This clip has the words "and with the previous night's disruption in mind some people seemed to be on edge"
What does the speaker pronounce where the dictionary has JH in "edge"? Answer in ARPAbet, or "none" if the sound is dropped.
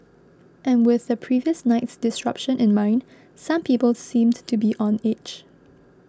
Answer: CH